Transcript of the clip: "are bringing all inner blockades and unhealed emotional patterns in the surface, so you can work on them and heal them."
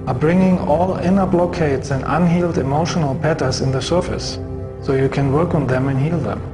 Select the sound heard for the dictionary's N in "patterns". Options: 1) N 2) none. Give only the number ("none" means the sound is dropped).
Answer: 2